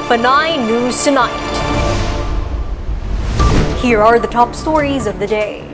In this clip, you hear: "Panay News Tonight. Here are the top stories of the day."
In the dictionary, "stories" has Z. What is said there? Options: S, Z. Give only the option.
Z